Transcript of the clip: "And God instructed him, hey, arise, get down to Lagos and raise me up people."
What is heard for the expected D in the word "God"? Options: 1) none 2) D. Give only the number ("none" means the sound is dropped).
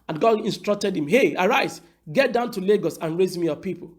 1